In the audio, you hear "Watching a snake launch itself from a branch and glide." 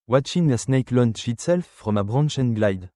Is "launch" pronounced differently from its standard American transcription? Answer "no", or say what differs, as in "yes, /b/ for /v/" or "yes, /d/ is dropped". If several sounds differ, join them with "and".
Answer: yes, /ʃ/ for /tʃ/